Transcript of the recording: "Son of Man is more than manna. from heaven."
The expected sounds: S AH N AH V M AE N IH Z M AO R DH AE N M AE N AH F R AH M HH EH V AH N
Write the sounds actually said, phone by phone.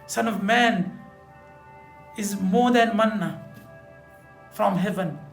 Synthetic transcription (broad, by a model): S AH N AH V M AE N IH Z M AO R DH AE N M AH N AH F R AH M HH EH V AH N